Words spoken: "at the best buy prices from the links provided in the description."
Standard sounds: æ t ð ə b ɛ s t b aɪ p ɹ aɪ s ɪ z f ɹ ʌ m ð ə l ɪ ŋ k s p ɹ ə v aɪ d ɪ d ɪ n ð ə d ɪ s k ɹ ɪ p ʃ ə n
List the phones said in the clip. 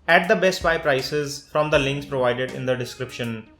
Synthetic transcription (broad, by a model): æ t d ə b ɛ s t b aɪ p ɹ aɪ s ɪ z f ɹ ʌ m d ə l ɪ ŋ k s p ɹ ə v aɪ d ɪ d ɪ n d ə d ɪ s k ɹ ɪ p ʃ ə n